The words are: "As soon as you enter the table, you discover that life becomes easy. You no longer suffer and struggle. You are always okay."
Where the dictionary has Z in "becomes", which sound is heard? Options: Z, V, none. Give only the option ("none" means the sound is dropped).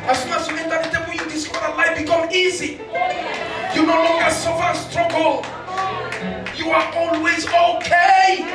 none